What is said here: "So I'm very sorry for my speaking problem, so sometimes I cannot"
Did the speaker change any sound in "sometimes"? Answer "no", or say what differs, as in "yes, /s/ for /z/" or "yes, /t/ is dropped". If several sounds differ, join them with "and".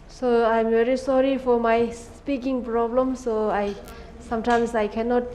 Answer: yes, /s/ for /z/